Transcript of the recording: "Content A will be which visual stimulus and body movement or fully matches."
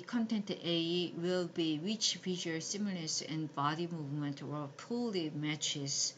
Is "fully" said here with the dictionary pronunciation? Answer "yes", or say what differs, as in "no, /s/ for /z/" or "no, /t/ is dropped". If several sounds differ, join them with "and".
no, /p/ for /f/